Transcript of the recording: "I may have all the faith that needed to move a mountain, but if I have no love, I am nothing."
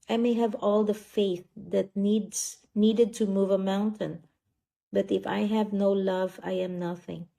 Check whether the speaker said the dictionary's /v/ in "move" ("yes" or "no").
yes